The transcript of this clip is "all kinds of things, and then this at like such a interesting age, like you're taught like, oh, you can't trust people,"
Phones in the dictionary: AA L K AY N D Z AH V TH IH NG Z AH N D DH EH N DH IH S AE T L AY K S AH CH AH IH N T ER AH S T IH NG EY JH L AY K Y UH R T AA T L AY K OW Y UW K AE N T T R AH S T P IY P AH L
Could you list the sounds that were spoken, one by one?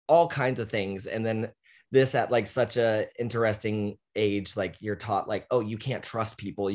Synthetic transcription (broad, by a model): AA L K AY N D Z AH V TH IH NG Z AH N DH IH N DH IH S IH T L AY K S AH CH AH IH N T ER AH S T IH NG EY JH L AY K Y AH R T AA T L AY K OW Y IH K AE N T T R AH S T P IY P L